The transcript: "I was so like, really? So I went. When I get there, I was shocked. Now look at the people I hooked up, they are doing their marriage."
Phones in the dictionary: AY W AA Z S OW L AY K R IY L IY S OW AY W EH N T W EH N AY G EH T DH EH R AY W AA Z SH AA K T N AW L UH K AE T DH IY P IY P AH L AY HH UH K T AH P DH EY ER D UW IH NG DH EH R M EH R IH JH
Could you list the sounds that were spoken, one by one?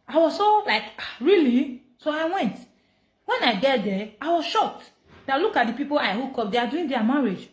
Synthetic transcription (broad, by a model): AY W AA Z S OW L AY K R IY L IY S OW AY W EH N T W EH N AY G EH T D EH AY W AA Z SH AA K T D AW L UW K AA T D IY P IY P AH L AY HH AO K AO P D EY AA D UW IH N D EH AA M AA R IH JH